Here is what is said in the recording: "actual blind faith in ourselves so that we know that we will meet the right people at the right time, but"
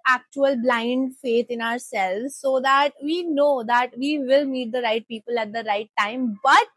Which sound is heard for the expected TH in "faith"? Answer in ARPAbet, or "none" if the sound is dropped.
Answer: T